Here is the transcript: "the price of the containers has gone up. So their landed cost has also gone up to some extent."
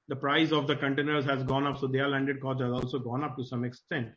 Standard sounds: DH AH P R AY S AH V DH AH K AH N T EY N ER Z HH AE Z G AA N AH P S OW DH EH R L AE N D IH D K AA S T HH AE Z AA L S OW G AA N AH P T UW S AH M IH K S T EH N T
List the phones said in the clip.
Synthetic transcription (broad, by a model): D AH P R AY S AH V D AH K AH N T EY N ER Z HH AE Z G AA N AH P S OW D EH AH L AE N D IH D K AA T HH AE Z AA L S OW G AA N AH P T UW S AH M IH K S T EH N T